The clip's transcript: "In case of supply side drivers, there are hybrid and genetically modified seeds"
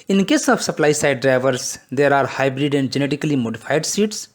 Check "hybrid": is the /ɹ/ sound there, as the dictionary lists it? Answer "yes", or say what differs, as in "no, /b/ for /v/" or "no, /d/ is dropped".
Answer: yes